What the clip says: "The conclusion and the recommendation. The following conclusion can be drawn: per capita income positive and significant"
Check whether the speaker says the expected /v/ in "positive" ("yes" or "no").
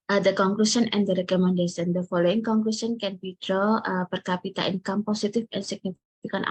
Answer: no